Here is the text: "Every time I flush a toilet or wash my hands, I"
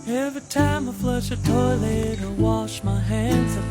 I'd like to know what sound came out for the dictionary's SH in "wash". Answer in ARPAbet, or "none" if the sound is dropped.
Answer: SH